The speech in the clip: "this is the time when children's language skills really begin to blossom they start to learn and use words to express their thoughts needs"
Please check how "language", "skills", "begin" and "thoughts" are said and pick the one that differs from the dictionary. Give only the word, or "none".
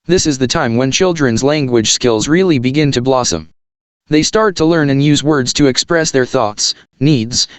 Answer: none